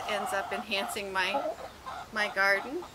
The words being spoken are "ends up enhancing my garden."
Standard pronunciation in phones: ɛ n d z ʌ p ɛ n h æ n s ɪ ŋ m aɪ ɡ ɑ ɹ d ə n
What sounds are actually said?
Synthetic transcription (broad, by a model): ɛ n d z ʌ p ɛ n h æ n s ɪ ŋ m aɪ ɡ ɑ ɹ d n